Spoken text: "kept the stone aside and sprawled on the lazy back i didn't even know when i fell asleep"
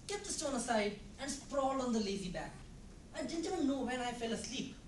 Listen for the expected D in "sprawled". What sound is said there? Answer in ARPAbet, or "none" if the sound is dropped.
none